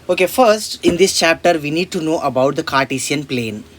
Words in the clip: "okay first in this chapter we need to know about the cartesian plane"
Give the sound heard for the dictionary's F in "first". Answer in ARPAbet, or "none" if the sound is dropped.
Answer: F